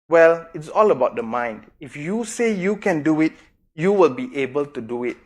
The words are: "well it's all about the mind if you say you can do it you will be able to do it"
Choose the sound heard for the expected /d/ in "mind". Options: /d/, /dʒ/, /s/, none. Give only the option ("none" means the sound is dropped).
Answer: /d/